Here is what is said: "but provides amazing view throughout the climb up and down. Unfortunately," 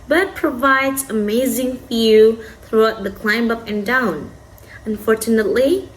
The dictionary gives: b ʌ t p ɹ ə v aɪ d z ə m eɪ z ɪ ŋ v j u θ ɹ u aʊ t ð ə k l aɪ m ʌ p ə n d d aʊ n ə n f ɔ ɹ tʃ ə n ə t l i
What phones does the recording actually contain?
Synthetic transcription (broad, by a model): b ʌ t p ɹ ə v aɪ d z ə m eɪ z ɪ ŋ f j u θ ɹ u aʊ t ð ə k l aɪ m ʌ p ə n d d aʊ n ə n f ɔ ɹ tʃ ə n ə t l i